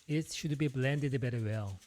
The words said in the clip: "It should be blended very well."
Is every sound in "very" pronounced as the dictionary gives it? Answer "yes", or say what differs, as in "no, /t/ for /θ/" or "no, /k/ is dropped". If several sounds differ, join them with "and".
no, /b/ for /v/